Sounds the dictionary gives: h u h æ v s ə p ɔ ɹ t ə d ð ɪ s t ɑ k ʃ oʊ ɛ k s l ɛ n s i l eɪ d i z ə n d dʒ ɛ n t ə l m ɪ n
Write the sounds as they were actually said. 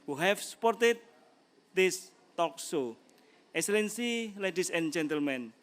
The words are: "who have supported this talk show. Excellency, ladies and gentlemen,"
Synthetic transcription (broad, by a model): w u h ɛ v s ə p ɔ ɹ t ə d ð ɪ s t ɑ k s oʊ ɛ k s l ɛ n s i l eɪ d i s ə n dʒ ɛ n t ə l m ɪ n